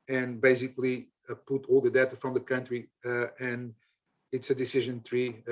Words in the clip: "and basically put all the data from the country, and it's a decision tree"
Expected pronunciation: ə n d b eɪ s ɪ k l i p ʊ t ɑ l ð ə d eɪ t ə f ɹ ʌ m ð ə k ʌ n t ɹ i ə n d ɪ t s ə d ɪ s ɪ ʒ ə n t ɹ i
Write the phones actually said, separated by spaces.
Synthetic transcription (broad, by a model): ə n b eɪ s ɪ k l i p ʊ t ɑ l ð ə d eɪ t ə f ɹ ʌ m ð ə k ʌ n t ɹ i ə n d ɪ t s ə d ɪ s ɪ ʒ ə n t ɹ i